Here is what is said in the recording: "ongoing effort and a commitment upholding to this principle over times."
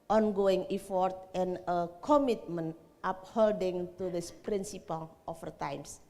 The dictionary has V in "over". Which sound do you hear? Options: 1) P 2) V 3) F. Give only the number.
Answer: 3